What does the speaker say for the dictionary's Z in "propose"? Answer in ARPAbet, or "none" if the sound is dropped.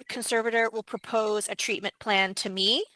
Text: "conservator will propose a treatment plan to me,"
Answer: Z